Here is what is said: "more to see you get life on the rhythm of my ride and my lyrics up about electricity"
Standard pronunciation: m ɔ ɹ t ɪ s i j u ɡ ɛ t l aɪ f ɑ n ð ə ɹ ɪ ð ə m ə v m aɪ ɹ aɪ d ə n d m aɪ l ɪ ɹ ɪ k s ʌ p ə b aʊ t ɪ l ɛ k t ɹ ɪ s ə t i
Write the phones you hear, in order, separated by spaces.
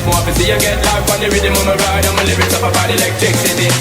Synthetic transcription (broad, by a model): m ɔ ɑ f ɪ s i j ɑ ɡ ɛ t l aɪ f ɑ n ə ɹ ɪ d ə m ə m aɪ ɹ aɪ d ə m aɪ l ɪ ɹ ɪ s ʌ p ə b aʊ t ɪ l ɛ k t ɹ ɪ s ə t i